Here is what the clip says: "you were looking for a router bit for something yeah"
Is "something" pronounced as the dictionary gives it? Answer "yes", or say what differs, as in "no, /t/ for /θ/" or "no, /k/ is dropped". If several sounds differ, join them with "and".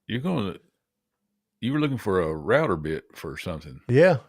yes